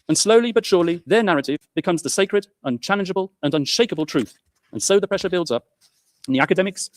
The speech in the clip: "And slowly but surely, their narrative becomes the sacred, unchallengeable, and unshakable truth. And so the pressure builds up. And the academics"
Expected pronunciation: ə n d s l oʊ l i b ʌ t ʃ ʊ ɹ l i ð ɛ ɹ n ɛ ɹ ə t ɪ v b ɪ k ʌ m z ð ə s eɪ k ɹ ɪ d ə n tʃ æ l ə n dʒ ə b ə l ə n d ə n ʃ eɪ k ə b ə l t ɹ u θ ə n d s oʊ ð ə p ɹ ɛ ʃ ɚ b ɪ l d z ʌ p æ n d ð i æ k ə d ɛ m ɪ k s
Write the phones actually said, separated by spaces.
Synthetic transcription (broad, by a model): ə n s l oʊ l i b ʌ t ʃ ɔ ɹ l i ð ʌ ɹ n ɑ ɹ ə t ɪ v b ɪ k ʌ m z ð ə s eɪ k ɹ ɪ d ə n tʃ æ l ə n dʒ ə b ə l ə n ə n ʃ eɪ k ə b ə l t ɹ u θ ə n s oʊ ð ə p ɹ ɛ ʃ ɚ b ɪ l d z ʌ p n ð i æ k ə d ɛ m ɪ k s